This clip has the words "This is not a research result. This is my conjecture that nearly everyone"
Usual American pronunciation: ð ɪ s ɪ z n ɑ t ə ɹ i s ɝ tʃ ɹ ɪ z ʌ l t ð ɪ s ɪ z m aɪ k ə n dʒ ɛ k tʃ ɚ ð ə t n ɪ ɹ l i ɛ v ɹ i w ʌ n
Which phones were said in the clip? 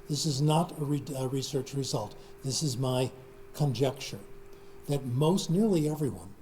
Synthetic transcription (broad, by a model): ð ɪ s ɪ z n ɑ t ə ɹ i s ɝ tʃ ɹ ɪ z ʌ l t ð ɪ s ɪ z m aɪ k ə n dʒ ɛ k tʃ ɚ ð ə t n ɪ ɹ l i ɛ v ɹ i w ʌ n